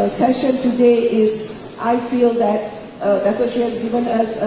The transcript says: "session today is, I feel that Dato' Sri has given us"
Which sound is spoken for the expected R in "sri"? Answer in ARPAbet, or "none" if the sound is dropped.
none